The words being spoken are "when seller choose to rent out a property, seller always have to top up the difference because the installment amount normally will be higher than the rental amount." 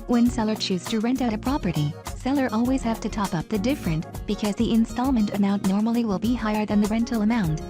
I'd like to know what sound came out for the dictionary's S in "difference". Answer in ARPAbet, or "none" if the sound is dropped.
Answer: none